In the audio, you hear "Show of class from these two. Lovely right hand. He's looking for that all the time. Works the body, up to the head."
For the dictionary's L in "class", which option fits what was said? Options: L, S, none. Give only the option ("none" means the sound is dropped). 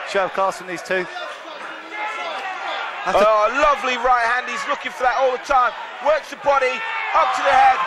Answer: none